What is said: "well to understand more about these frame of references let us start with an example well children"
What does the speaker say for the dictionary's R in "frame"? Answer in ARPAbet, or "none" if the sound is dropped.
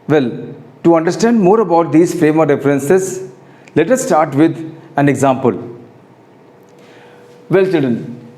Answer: R